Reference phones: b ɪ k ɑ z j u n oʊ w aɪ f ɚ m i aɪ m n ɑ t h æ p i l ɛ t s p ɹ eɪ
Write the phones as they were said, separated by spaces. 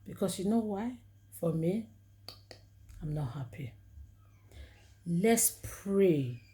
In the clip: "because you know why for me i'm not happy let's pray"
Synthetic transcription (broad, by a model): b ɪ k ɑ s j u n oʊ w aɪ f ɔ m i aɪ m n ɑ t h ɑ p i l ɛ t s p ɹ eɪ